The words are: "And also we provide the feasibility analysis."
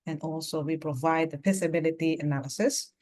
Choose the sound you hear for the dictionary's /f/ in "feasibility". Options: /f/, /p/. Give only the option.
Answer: /p/